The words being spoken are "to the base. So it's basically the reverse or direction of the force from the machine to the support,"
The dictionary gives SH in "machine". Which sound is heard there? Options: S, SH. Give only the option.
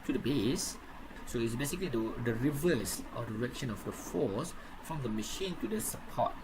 SH